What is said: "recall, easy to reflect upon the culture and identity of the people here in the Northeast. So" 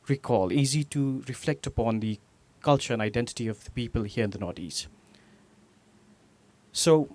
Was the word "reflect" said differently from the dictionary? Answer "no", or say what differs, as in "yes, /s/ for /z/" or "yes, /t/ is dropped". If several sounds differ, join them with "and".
no